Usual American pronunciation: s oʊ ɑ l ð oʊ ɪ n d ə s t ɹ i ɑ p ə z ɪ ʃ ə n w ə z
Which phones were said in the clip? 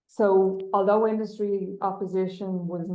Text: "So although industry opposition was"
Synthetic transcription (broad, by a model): s oʊ ɑ l ð oʊ ɪ n d ə s t ɹ i ɑ p ə z ɪ ʃ ə n w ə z